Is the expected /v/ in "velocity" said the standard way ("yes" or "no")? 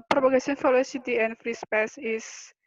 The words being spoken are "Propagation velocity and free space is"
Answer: no